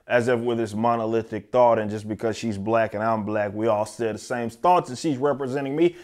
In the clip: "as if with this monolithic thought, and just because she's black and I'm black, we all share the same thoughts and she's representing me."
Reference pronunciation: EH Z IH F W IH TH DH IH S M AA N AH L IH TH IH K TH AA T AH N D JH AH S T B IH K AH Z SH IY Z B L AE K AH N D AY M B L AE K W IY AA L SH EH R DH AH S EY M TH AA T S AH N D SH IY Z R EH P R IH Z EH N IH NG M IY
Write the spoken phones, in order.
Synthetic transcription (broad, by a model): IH Z IH F W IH DH IH S M AA N AH L IH TH IH K TH AA T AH N JH AH S B IH K AH Z SH IY Z B L AE K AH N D AY M B L AE K W IY AA L S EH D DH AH S EY M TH AA T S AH SH IY Z R EH P R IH Z EH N IH NG M IY